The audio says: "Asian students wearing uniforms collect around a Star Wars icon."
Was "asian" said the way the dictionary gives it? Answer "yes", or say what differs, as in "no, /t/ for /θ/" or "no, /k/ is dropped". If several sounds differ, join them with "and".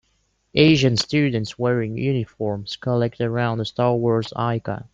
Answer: yes